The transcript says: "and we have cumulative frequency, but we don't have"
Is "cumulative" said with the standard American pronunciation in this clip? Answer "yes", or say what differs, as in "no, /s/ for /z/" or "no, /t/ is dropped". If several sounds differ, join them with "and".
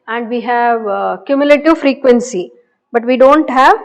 yes